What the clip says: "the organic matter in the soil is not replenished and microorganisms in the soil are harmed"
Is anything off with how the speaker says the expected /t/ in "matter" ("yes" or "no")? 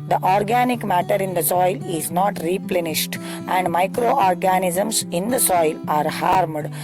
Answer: no